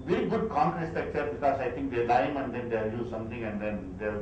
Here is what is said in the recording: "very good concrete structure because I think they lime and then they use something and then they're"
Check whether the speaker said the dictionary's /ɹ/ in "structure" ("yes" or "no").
no